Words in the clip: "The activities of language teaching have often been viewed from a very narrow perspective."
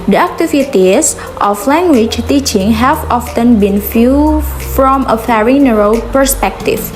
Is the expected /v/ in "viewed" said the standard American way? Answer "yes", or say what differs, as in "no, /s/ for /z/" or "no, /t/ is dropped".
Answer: no, /f/ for /v/